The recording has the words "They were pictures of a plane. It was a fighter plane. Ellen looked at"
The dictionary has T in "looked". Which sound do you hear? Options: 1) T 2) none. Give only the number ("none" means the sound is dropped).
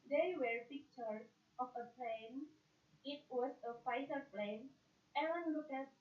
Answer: 2